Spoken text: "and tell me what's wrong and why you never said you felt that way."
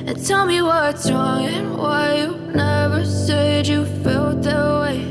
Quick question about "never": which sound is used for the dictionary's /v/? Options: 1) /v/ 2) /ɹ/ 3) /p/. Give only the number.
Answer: 1